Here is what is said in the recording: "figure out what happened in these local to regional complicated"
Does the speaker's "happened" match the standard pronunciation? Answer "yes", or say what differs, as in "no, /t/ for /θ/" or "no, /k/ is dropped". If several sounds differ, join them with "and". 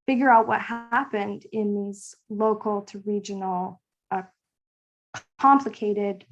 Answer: yes